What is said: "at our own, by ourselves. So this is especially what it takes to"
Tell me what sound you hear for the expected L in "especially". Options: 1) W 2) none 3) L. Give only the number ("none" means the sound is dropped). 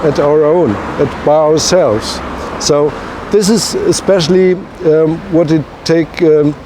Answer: 3